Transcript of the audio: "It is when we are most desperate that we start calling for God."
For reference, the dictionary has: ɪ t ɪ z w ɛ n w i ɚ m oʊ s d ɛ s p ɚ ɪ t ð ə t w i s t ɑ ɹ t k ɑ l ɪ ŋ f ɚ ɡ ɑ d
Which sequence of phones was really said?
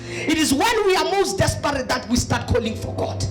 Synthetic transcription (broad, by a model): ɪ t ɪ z w ɛ n w i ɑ m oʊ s d ɛ s p ɚ ɪ t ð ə t w i s t ɑ t k ɑ l ɪ ŋ f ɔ ɡ ɑ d